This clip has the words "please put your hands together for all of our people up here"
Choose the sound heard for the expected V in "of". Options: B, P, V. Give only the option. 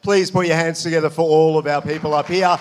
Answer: V